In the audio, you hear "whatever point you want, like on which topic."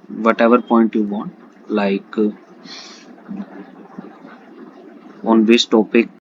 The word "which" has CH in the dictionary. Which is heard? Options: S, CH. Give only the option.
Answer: S